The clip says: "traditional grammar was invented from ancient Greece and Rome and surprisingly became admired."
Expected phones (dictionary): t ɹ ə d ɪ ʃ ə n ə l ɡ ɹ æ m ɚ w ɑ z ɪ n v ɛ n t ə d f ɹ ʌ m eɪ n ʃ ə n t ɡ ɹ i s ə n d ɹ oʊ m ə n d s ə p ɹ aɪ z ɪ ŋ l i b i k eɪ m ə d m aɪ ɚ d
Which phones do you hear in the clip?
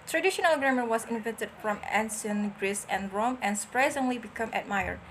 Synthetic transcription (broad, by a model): t ɹ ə d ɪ ʃ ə n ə l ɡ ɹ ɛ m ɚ w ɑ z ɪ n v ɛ n t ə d f ɹ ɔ m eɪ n s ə n ɡ ɹ i s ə n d ɹ oʊ m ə n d s ə p ɹ aɪ z ɪ ŋ l i b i k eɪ m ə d m aɪ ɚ